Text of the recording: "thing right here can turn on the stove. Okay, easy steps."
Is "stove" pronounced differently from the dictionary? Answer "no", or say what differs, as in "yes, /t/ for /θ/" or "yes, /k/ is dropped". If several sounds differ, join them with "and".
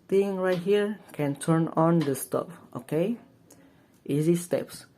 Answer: yes, /p/ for /v/